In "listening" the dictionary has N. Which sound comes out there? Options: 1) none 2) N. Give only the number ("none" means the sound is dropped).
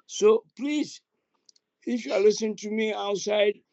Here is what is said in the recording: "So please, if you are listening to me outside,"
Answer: 1